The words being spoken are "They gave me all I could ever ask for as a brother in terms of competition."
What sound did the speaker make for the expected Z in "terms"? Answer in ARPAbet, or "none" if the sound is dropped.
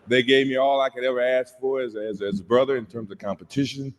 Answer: Z